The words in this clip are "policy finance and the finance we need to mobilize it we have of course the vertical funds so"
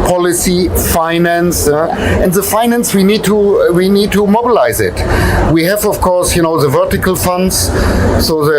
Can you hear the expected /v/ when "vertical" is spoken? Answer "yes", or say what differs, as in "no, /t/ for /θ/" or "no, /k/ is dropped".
yes